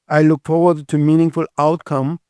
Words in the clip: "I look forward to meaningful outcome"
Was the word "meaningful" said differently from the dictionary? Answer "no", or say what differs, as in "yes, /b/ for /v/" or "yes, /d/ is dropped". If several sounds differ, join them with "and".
no